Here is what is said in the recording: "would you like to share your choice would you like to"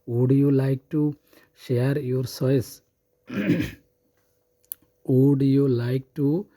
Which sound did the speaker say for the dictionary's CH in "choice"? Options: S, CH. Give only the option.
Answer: S